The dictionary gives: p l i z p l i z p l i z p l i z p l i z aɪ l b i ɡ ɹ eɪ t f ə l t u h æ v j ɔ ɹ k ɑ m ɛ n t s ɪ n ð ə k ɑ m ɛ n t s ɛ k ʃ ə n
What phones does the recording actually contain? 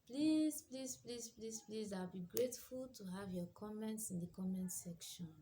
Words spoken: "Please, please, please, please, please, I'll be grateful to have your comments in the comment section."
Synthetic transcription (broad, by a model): p l i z p l i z p l i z p l i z p l i z aɪ l b i ɡ ɹ eɪ t f ə l t u h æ v j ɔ k ɑ m ɛ n t s ɪ n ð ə k ɑ m ɛ n t s ɛ k ʃ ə n